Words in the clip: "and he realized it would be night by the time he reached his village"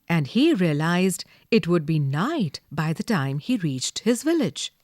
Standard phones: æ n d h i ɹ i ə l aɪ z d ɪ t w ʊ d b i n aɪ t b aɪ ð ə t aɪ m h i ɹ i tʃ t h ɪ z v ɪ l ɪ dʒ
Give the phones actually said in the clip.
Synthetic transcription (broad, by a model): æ n d h i ɹ i ə l aɪ z d ɪ t w ʊ d b i n aɪ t b aɪ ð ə t aɪ m h i ɹ i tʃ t h ɪ z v ɪ l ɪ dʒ